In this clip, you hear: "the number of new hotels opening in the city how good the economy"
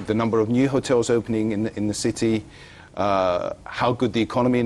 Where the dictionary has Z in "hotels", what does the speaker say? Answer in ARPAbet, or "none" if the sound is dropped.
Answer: Z